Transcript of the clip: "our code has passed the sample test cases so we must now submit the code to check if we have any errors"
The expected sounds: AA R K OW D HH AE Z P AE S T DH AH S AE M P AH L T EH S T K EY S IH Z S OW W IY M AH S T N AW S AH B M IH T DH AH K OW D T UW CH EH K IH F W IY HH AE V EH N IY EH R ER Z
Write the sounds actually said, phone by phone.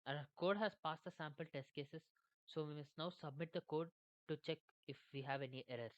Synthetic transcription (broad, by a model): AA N K OW D HH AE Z P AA S T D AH S AE M P AH L T EH S T K EY S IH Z S OW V IY M AH S T N AW S AH B M IH T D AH K OW D T UW CH EH K IH F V IY HH AE V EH N IY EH R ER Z